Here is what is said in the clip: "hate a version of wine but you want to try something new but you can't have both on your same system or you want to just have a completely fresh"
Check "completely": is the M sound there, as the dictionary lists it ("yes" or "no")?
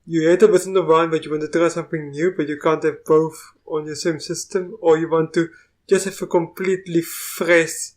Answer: yes